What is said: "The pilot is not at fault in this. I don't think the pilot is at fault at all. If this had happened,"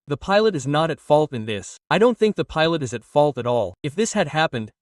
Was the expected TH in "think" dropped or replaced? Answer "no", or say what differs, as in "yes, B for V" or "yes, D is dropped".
no